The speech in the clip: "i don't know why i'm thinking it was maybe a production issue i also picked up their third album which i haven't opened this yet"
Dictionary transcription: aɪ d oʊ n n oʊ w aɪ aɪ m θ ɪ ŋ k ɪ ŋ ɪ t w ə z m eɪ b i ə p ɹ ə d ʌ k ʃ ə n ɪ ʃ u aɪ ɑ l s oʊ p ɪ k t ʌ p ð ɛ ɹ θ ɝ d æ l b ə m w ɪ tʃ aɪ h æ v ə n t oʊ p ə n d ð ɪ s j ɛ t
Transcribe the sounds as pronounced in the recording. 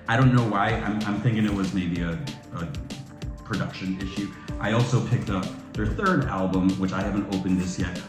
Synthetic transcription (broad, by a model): aɪ d oʊ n n oʊ w aɪ aɪ m θ ɪ ŋ k ɪ ŋ ɪ t w ə z m eɪ b i ə p ɹ ə d ʌ k ʃ ə n ɪ ʃ u aɪ ɑ l s oʊ p ɪ k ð ʌ p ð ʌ ɹ θ ɝ d æ l b ə m w ɪ tʃ aɪ h æ v ə n t oʊ p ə n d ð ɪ s j ɛ t